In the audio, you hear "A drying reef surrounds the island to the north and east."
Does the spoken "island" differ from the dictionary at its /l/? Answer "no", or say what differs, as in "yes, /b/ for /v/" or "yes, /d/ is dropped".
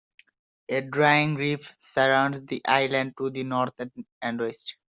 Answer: no